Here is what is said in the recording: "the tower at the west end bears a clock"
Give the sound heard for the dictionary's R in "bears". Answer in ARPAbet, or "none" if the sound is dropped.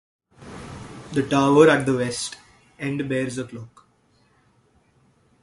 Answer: R